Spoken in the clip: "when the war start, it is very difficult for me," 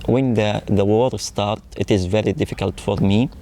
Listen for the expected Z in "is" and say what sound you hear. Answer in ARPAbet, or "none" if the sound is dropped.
Z